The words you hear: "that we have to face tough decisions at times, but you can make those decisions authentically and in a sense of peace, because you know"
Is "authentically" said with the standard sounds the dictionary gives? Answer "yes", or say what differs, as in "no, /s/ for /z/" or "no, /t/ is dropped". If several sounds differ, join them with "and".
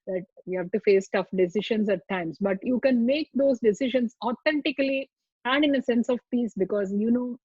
no, /t/ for /θ/